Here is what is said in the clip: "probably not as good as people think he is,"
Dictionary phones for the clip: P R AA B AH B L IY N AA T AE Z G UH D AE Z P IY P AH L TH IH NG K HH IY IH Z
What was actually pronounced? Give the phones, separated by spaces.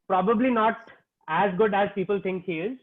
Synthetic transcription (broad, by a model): P R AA B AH B L IY N AA T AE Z G UH D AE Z P IY P AH L T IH NG K HH IY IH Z